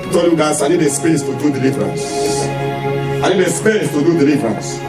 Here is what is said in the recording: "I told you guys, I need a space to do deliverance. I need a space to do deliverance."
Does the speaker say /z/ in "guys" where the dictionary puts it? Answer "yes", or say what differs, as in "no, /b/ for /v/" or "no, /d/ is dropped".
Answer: no, /s/ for /z/